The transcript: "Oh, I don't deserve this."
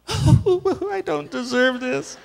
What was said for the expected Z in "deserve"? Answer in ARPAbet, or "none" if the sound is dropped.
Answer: Z